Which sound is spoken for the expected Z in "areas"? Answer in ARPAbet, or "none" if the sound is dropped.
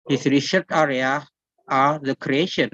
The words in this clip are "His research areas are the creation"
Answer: none